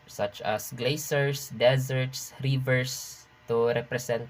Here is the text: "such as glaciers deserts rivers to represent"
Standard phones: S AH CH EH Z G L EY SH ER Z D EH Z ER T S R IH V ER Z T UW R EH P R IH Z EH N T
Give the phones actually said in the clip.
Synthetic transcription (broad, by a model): S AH CH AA S G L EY S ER S D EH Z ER T S R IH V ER S T UW R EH P R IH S EH N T